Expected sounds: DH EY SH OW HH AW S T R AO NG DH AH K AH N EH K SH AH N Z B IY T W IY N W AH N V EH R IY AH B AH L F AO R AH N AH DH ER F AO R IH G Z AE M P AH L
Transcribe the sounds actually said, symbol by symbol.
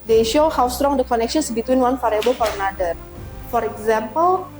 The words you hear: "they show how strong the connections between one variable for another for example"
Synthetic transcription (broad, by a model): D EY SH OW HH AW S T R AO NG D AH K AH N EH K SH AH N S B IY T W IY N W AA N F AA R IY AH B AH L F AO R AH N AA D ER F AO R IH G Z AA M P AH L